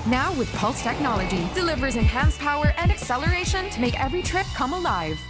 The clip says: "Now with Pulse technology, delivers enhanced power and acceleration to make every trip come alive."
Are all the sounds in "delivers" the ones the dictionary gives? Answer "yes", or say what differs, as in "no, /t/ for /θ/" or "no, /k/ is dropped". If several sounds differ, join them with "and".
yes